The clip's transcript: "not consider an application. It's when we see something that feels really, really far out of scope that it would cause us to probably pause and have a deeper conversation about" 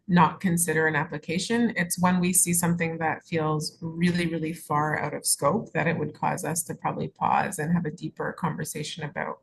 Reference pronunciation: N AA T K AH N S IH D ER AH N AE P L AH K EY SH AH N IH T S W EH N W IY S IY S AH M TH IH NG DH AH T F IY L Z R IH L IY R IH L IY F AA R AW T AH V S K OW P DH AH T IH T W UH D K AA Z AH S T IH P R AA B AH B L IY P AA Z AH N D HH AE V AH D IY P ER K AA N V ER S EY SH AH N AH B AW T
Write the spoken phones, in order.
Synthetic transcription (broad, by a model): N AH T K AH N S IH D ER AH N AE P L AH K EY SH AH N IH T S W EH N W IY S IY S AH M TH IH NG DH AH T F IY L Z R IH L IY R IH L IY F AA R AW T AH V S K OW P DH AH T IH T W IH D K AA Z AH S T IH P R AA B AH B L IY P AA Z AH N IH V AH D IY P ER K AA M V ER S EY SH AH N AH B AW T